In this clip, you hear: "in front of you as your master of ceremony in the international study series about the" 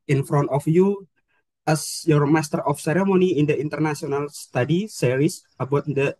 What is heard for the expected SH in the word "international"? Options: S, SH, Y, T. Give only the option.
S